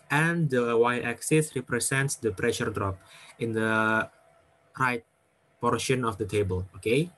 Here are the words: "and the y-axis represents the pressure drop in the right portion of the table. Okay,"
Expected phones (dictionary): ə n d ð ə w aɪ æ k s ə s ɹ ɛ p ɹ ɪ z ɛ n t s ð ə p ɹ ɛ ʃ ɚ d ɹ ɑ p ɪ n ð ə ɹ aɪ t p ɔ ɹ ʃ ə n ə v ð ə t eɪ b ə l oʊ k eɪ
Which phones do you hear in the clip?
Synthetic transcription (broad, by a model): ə n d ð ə w aɪ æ k s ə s ɹ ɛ p ɹ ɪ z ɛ n t s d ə p ɹ ɛ ʃ ɚ d ɹ ɑ p ɪ n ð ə ɹ aɪ t p ɔ ɹ ʃ ə n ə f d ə t eɪ b ə l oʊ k eɪ